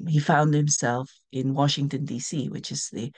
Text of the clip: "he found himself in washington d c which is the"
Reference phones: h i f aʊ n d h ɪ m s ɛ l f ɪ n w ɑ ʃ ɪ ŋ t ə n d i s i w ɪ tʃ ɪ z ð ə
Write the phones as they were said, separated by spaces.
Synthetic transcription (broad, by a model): h i f aʊ n d h ɪ m s ɛ l f ɪ n w ɑ ʃ ɪ ŋ t ə n d i s i w ɪ tʃ ɪ z ð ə